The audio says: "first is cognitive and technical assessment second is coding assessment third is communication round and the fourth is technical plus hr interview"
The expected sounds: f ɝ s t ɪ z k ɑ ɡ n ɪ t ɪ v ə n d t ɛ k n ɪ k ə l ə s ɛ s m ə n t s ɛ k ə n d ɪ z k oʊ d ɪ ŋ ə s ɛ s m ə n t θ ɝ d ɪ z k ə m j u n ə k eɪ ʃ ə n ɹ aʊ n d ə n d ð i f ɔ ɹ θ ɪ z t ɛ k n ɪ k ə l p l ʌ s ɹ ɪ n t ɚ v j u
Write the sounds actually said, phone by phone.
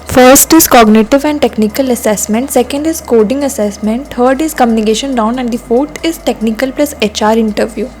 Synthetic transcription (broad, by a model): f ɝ s t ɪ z k ɑ ɡ n ɪ t ɪ v ə n d t ɛ k n ɪ k ə l ə s ɛ s m ə n t s ɛ k ə n d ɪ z k oʊ d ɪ ŋ ə s ɛ s m ə n t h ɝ d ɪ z k ə m j u n ə k eɪ ʃ ə n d aʊ n ə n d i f ɔ ɹ t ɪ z t ɛ k n ɪ k ə l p l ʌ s ɹ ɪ n t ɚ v j u